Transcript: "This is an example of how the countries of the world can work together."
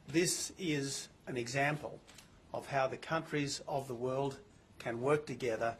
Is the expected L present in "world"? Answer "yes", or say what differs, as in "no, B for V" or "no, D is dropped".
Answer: yes